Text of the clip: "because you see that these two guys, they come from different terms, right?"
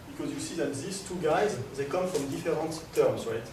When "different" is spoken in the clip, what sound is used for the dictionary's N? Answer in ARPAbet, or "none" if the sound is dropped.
none